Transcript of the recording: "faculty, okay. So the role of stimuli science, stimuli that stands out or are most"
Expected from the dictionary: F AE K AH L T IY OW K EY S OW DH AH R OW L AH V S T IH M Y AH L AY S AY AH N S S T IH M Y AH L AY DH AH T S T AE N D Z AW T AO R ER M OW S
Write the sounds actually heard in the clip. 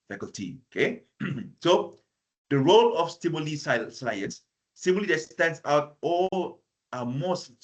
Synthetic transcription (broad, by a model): F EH K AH L T IY OW K EY S OW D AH R OW L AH F S T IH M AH L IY S AY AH N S S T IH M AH L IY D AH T S T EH N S AW T AO L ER M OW S